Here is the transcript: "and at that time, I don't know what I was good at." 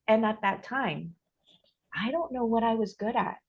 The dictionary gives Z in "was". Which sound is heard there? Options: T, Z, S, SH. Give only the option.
Z